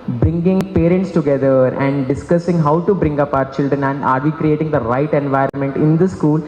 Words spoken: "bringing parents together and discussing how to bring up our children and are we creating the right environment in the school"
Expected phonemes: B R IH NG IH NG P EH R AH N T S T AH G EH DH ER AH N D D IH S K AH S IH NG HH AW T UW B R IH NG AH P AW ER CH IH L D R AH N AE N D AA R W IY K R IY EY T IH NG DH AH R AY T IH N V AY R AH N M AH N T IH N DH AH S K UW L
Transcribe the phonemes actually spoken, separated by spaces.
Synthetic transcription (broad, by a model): B R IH NG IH NG P EH R AH N T S T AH G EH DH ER AH N D D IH S K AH S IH NG HH AW T UW B R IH NG AH P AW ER CH IH L D R AH N AE N D AA R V IY K R IY EY T IH NG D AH R AY T IH N V AY R AH N M AH N T IH N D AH S K UW L